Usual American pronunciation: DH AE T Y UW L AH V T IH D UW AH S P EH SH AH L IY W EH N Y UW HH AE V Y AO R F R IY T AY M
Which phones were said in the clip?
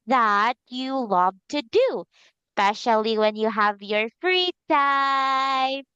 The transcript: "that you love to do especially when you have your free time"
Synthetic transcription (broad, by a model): DH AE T Y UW L AH V T IH D UW S P EH SH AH L IY W EH N Y UW HH AE V Y AO R F R IY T AY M